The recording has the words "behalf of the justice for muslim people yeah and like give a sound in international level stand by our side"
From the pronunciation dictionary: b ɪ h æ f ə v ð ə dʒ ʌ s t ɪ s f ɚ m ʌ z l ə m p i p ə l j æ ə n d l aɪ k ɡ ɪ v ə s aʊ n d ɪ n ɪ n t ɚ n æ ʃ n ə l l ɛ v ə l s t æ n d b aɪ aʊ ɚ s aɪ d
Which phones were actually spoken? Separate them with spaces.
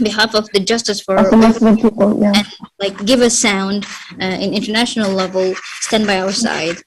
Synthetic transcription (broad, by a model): b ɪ h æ f ə v ð ə dʒ ʌ s t ɪ s f ɚ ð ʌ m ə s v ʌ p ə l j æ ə n l aɪ k ɡ ɪ v ə s aʊ n d ɪ n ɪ n t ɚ n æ ʃ n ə l l ɛ v ə l s t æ n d b aɪ aʊ ɚ s aɪ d